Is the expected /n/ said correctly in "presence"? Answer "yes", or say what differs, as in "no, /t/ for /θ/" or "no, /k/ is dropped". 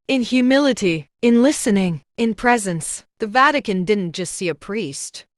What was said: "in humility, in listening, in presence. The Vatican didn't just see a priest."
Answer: yes